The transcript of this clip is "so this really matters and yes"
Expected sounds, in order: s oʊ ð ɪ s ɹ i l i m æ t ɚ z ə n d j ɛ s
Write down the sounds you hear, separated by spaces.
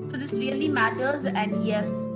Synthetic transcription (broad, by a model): s oʊ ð ɪ s ɹ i l i m æ t ɚ z ə n d j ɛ s